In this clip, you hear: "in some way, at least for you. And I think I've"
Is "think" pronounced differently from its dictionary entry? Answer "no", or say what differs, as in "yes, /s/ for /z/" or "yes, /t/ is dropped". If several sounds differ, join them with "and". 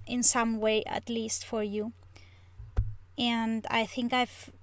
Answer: no